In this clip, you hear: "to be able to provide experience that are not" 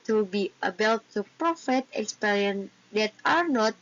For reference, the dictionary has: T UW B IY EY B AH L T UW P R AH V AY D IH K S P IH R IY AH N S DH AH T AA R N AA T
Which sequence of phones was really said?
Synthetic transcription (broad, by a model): T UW B IY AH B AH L T UW P R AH F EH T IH K S P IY R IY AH N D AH T AA R N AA T